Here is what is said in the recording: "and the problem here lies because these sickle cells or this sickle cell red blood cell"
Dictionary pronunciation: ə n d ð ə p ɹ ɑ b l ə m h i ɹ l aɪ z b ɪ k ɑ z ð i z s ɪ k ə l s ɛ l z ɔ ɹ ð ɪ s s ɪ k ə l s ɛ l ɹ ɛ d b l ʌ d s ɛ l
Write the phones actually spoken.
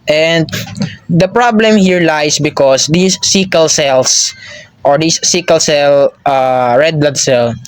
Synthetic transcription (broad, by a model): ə n d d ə p ɹ ɑ b l ə m h i ɹ l aɪ s b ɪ k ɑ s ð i s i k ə l s ɛ l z ɔ ɹ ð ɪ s s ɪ k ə l s ɛ l ɹ ɛ d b l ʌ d s ɛ l